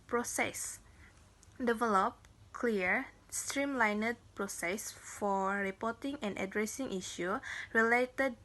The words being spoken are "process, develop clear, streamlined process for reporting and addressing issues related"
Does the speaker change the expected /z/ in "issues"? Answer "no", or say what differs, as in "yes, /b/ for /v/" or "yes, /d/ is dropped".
yes, /z/ is dropped